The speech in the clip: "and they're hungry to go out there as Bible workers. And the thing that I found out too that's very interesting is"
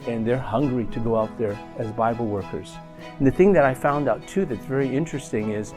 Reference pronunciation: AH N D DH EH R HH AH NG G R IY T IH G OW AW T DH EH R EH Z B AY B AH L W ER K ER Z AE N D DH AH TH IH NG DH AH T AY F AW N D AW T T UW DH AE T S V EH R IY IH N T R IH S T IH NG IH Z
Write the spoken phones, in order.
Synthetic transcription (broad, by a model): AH N DH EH R HH AH NG G R IY T IH G OW AW T DH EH R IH Z B AY B L W ER K ER Z N DH AH TH IH NG DH AH T AY F AW N D AW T T UW DH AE T S V EH R IY IH N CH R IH S T IH NG IH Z